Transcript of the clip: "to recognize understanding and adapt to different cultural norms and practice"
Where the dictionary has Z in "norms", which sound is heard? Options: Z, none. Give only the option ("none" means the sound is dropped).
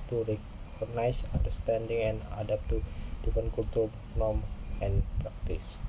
none